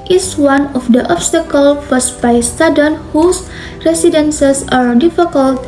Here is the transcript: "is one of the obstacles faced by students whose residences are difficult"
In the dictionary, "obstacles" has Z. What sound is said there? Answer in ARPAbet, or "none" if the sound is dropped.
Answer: none